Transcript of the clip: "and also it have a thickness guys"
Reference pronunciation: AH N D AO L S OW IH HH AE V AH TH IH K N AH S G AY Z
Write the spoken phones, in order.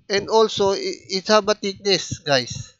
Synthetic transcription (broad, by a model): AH N D AO L S OW IH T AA B AH T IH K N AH S G AY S